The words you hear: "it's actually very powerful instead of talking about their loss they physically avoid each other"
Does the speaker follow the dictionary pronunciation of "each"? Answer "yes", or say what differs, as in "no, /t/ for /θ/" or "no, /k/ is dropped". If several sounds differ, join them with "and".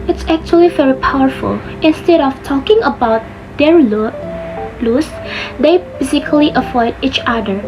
yes